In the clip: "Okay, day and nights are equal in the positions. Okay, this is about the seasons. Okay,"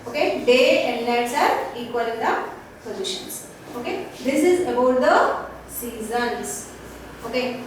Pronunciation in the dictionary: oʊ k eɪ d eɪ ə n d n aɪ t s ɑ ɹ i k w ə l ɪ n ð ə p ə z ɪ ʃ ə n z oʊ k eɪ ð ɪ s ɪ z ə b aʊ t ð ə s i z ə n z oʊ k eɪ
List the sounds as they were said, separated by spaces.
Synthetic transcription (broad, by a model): oʊ k eɪ d eɪ ə n d l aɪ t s ɑ ɹ i k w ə l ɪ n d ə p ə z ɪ ʃ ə n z oʊ k eɪ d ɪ s ɪ z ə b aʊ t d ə s i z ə n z oʊ k eɪ